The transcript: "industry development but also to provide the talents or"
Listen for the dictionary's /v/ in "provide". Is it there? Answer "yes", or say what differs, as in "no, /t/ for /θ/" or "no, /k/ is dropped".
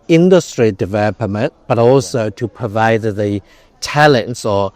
yes